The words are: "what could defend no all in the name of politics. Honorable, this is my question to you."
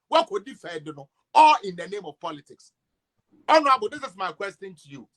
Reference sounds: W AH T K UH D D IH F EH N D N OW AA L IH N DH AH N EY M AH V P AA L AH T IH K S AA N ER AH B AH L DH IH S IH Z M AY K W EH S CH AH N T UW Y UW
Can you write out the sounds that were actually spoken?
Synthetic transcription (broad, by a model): W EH K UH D D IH F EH D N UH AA IH N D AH N EY M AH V P AA L AH T IH K S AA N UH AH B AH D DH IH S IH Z M AY K W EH S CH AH N T UW Y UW